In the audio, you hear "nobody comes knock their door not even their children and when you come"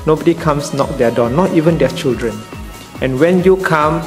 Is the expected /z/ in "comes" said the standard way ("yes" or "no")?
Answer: no